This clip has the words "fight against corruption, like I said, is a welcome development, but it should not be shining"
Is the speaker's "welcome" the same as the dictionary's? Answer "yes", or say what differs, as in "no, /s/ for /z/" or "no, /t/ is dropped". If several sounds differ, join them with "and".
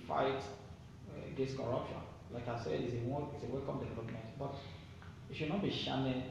yes